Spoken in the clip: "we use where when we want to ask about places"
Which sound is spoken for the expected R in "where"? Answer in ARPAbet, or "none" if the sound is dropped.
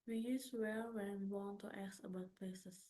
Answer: L